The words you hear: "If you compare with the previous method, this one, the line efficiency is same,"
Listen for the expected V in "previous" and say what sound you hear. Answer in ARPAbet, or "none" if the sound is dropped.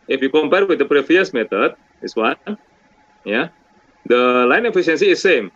F